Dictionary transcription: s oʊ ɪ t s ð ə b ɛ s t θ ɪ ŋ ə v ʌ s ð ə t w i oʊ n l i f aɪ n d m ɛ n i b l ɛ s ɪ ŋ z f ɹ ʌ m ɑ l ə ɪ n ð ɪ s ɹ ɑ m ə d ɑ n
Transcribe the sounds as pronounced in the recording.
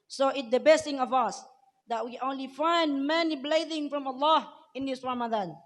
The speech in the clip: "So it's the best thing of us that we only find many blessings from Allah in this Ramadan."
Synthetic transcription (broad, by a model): s oʊ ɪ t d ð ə b ɛ s t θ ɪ ŋ ə v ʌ s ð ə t w i oʊ n l i f aɪ n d m ɛ n i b l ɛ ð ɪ ŋ f ɹ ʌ m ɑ l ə ɪ n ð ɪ s ɹ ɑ m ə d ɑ n